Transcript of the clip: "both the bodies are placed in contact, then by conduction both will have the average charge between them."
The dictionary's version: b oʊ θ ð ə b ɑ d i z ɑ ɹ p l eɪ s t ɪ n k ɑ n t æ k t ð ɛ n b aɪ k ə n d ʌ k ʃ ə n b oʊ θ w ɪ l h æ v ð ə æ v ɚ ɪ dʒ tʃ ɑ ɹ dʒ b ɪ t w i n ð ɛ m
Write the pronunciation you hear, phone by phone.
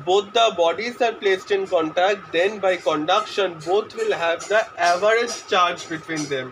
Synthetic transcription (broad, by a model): b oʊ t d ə b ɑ d i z ɑ ɹ p l eɪ s t ɪ n k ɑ n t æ k t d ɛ n b aɪ k ə n d ʌ k ʃ ə n b oʊ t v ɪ l h æ v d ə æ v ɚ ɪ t tʃ ɑ ɹ dʒ b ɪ t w i n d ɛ m